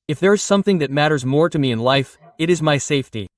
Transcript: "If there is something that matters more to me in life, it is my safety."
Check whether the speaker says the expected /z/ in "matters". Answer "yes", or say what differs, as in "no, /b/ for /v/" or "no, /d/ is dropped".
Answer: yes